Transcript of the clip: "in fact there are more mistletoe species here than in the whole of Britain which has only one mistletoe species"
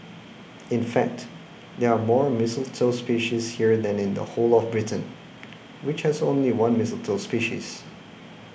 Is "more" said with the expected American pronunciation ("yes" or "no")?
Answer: yes